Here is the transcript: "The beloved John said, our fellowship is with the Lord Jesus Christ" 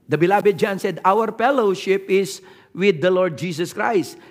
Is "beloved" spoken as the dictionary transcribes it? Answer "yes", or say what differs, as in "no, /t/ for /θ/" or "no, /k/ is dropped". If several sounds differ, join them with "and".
no, /b/ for /v/